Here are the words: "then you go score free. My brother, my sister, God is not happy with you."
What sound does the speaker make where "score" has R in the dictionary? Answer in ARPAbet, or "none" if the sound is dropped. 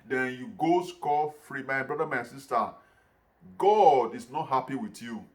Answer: L